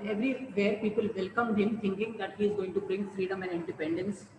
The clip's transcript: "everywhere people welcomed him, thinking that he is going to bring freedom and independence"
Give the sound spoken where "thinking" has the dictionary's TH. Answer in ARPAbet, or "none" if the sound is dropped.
T